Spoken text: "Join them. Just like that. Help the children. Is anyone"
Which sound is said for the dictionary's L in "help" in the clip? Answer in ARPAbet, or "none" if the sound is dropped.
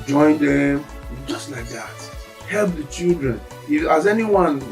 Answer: L